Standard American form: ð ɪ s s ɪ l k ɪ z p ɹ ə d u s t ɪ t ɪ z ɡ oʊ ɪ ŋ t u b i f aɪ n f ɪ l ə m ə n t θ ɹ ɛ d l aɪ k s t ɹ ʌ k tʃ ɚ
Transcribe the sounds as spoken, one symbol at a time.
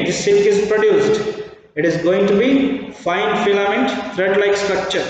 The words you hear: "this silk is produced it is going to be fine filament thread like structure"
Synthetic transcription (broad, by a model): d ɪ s s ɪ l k ɪ z p ɹ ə d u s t ɪ t ɪ z ɡ oʊ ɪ ŋ t u b i f aɪ n f ɪ l ə m ə n t t ɹ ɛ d l aɪ k s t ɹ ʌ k tʃ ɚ